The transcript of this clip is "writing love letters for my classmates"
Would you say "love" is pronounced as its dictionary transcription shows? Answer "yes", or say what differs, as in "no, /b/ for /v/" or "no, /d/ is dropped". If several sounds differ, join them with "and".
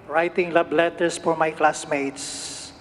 no, /b/ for /v/